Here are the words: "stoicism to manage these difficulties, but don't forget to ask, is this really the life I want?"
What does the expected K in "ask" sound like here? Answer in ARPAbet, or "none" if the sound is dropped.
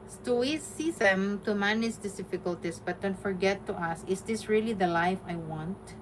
none